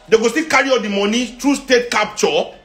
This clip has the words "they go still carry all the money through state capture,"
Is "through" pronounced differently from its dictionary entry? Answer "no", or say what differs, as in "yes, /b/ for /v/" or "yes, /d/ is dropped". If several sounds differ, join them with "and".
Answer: yes, /t/ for /θ/